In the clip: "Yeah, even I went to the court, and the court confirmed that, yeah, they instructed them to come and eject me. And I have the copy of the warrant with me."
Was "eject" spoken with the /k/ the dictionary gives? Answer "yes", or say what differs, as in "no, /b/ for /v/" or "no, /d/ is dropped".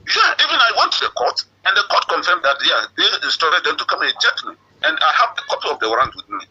no, /k/ is dropped